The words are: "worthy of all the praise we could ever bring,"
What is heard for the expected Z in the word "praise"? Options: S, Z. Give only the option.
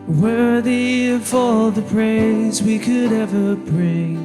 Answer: Z